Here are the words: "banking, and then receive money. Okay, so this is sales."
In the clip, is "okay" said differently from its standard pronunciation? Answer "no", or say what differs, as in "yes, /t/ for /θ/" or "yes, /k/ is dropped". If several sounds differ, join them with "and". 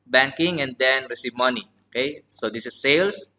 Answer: no